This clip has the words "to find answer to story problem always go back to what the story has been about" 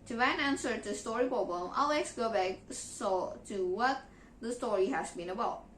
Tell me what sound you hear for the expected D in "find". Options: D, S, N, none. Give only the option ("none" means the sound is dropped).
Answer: none